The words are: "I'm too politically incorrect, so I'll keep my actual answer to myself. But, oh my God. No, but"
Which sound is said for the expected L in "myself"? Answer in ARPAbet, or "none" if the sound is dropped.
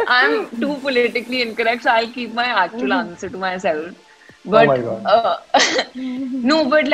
L